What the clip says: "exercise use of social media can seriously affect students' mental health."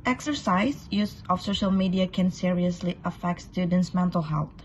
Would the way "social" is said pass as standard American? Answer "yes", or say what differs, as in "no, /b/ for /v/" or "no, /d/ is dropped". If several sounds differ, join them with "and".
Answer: yes